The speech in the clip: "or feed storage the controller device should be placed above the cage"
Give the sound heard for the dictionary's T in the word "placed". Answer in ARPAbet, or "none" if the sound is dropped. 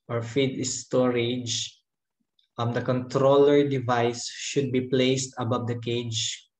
T